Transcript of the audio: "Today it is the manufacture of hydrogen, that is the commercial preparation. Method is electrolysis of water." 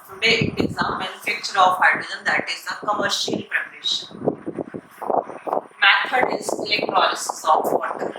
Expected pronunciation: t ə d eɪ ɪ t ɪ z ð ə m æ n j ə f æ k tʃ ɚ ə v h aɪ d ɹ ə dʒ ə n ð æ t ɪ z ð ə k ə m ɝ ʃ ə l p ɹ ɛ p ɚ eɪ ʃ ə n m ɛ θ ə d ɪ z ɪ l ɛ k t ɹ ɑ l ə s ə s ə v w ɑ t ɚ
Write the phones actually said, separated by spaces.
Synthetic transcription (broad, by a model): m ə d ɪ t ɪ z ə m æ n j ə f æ k tʃ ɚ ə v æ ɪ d ə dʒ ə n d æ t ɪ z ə k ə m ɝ ʃ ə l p ɹ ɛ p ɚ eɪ ʃ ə n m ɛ f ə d ɪ z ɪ l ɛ k t ɹ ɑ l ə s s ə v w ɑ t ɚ